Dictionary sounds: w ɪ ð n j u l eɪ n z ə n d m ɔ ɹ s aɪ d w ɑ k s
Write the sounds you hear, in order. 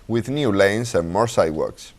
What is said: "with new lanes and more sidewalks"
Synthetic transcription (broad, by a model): w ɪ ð n j u l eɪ n s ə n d m ɔ ɹ s aɪ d w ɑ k s